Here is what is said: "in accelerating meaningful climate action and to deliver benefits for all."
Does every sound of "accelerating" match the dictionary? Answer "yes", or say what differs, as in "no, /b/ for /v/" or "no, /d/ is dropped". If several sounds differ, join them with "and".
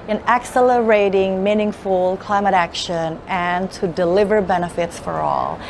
yes